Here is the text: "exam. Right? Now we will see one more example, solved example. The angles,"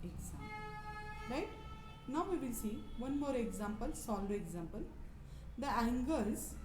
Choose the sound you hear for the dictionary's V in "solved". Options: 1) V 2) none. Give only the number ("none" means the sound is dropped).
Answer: 2